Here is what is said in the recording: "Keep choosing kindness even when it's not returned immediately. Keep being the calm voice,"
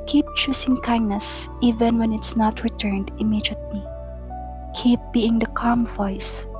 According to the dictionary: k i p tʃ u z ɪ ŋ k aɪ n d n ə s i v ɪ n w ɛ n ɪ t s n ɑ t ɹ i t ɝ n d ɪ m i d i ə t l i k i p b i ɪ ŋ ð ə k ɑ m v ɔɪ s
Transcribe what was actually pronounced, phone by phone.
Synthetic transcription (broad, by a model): k i p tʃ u s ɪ ŋ k aɪ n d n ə s i v ɪ n w ɛ n ɪ t s n ɑ t ɹ i t ɝ n d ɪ m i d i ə t l i k i p b i ɪ ŋ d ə k ɑ m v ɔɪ s